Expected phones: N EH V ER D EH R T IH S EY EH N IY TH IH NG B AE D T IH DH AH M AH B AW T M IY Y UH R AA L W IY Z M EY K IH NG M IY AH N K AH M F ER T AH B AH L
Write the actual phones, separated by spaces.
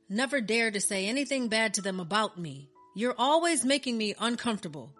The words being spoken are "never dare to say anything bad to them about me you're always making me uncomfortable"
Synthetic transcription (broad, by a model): N EH V ER D EH R T IH S EY EH N IY TH IH NG B AE D T IH DH AH M AH B AW T M IY Y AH R AA L W IY Z M EY K IH NG M IY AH N K AH M F T AH B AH L